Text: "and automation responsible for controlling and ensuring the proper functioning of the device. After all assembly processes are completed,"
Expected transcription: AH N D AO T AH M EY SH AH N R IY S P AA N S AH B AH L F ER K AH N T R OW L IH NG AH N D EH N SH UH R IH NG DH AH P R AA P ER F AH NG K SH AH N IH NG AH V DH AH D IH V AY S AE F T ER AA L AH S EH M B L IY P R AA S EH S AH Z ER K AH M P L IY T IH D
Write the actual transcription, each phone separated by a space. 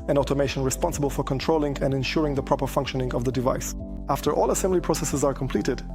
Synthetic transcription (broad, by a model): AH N AO T AH M EY SH AH N R IY S P AA N S AH B AH L F ER K AH N T R OW L IH NG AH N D EH N SH UH R IH NG DH AH P R AA P ER F AH NG K SH AH N IH NG AH V DH AH D IH V AY S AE F T ER AA L AH S EH M B L IY P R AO S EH S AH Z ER K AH M P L IY T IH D